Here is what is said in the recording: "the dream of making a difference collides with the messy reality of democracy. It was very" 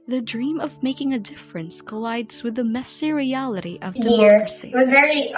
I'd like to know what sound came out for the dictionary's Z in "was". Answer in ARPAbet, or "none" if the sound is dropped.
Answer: Z